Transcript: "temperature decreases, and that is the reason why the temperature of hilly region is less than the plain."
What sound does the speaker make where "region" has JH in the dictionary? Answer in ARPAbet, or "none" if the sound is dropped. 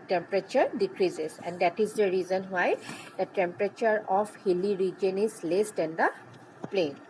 JH